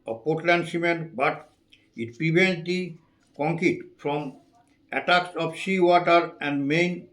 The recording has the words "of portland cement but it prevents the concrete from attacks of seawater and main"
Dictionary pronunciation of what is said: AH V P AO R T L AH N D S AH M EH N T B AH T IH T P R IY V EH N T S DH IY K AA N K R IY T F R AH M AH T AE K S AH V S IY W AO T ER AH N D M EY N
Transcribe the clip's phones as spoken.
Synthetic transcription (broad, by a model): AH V P AO R T L AH N D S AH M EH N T B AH T IH T P R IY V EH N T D IY K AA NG K IY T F R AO M AH T AE K S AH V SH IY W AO T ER AH N D M EY N